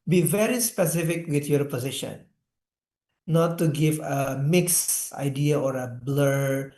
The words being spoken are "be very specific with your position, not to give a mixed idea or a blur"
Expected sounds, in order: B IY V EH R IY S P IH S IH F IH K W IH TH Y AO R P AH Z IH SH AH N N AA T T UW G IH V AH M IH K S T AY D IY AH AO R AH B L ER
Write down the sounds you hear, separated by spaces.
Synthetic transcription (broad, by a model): B IY V EH R IY S P IH S IH F IH K W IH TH Y AO R P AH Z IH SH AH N N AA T T UW G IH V AH M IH K S AY D IY AH AO R AH B L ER